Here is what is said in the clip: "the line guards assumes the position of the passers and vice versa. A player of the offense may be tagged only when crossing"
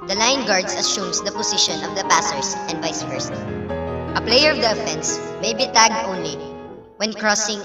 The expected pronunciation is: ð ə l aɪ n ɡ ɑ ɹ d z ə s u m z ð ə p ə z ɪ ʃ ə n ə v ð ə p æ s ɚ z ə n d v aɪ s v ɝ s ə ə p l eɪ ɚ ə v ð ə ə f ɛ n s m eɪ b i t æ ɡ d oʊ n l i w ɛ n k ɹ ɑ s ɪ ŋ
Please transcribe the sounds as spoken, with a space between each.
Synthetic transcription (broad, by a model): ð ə l aɪ n ɡ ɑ ɹ d s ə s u m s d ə p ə s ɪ ʃ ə n ə v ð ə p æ s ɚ s ə n d v aɪ s f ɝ s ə ə p l eɪ ɚ ə v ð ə ə f ɛ n s m eɪ b i t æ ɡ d oʊ n l i w ɛ n k ɹ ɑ s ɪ ŋ